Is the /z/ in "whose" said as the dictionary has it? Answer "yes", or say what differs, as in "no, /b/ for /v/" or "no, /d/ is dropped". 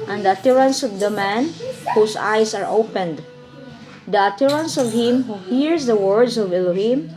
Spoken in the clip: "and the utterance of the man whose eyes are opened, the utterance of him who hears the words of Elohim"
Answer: no, /s/ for /z/